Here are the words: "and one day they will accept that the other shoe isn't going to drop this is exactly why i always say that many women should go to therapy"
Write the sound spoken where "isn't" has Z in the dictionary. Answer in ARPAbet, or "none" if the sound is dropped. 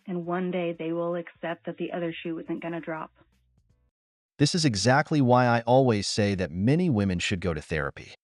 Z